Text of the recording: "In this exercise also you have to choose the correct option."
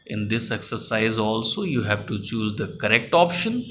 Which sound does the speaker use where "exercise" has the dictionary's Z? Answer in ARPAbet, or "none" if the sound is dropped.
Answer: Z